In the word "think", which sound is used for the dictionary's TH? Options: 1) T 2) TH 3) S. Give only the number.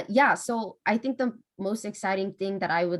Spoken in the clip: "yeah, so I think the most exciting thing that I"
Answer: 2